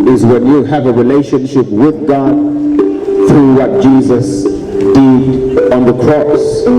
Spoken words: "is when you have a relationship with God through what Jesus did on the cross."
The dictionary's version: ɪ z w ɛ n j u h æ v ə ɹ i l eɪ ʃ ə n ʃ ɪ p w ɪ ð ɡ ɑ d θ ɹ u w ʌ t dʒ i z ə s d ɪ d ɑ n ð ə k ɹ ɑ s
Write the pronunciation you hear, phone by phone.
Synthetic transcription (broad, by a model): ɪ z w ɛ n j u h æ v ə ɹ i l eɪ ʃ ə n ʃ ɪ p w ɪ ð ɡ ɑ d θ ɹ u w ʌ t dʒ i z ə s d ɪ d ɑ n ð ə k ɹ ɑ s